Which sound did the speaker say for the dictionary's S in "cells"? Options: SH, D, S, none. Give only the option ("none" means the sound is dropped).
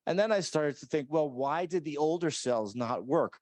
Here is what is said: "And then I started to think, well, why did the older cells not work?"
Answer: S